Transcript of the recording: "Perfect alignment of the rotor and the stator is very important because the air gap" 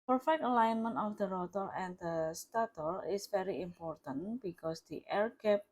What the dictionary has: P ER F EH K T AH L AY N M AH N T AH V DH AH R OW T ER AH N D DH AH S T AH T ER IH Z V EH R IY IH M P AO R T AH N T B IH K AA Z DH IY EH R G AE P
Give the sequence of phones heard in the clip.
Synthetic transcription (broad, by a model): P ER F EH K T AH L AY N M AH N T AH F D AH R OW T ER AH N D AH S T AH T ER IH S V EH R IY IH M P AO R T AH N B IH K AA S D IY EH R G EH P